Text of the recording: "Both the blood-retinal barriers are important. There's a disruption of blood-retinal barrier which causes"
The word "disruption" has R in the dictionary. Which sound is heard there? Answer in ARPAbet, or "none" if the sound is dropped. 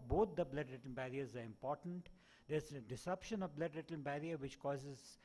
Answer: none